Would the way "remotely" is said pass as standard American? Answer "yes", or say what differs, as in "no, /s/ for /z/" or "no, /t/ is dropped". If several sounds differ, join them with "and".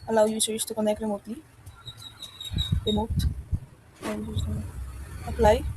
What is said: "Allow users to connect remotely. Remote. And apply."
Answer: no, /l/ is dropped